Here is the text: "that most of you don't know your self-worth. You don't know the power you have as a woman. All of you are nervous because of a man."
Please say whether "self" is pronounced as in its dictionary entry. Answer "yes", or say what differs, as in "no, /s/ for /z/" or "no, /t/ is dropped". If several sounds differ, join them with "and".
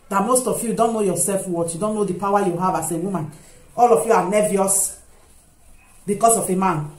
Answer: yes